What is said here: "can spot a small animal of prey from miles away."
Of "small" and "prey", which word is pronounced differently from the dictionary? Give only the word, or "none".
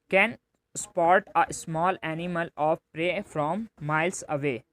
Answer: none